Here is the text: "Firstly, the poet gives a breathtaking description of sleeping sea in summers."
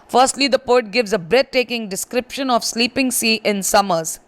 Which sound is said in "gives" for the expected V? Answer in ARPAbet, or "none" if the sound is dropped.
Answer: V